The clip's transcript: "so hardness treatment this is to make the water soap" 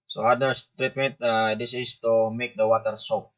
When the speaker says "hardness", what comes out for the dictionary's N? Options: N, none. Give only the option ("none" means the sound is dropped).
none